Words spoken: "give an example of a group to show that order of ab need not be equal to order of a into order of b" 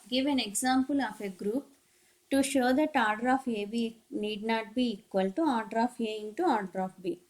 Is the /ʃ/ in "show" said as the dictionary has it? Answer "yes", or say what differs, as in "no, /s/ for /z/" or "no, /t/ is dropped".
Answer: yes